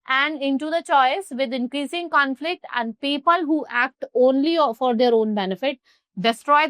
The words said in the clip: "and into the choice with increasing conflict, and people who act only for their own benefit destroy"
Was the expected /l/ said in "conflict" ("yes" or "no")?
yes